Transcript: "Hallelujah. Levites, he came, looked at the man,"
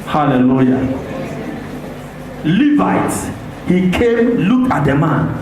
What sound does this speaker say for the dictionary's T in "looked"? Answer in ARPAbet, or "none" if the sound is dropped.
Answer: none